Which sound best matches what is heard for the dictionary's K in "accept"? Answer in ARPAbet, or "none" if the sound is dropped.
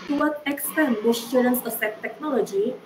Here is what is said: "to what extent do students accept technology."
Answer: none